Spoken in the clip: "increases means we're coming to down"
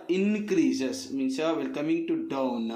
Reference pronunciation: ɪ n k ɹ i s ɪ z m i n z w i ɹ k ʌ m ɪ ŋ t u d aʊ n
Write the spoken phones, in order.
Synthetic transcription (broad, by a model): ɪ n k ɹ i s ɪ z m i n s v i l k ʌ m ɪ ŋ t u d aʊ n